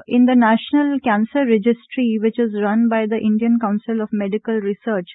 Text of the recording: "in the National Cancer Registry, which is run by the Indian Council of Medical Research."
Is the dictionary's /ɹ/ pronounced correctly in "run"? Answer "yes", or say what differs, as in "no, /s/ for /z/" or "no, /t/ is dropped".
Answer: yes